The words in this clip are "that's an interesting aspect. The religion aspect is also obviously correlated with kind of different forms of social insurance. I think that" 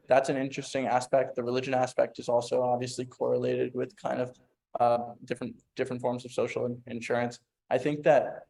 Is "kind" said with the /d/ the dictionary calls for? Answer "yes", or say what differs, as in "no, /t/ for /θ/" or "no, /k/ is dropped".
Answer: yes